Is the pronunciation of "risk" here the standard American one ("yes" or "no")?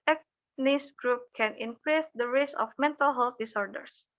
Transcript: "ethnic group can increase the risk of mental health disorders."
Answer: no